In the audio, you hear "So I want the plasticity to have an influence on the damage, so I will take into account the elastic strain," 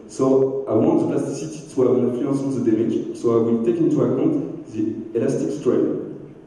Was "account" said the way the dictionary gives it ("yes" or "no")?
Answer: no